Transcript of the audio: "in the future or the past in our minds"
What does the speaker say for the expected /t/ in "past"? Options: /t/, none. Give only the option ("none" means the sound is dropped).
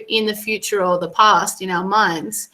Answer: /t/